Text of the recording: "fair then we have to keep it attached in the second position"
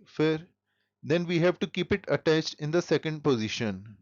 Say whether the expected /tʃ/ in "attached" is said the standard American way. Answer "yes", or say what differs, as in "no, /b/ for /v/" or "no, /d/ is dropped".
yes